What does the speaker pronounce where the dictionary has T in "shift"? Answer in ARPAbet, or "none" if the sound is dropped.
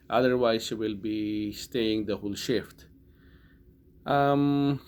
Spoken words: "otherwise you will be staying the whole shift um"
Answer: T